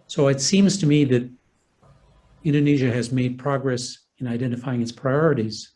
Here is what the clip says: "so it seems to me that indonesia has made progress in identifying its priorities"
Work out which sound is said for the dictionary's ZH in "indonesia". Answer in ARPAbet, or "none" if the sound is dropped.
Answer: ZH